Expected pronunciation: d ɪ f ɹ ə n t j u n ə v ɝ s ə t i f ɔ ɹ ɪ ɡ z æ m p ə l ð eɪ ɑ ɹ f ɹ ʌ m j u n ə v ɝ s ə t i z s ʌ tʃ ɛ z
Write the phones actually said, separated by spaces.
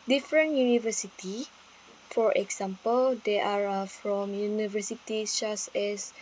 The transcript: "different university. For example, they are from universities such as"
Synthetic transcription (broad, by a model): d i f ɹ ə n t j u n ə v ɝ s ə t i f ɔ ɹ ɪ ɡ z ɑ m p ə l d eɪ ɑ ɹ f ɹ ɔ m j u n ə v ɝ s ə t i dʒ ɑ s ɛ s